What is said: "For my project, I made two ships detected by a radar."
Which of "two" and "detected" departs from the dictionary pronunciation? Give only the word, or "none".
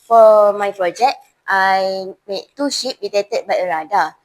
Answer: detected